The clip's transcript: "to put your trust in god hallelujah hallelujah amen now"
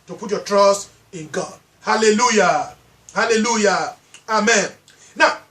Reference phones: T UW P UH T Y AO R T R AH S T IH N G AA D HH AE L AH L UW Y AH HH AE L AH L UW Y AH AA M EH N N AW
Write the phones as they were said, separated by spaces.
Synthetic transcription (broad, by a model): T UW P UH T Y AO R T R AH S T IH N G AA D HH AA L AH L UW Y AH HH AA L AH L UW Y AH AA M EH N N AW